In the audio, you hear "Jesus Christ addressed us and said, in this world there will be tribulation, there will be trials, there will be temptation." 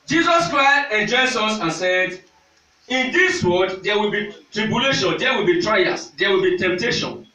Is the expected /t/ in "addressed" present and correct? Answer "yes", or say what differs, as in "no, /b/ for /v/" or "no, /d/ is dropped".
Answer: no, /t/ is dropped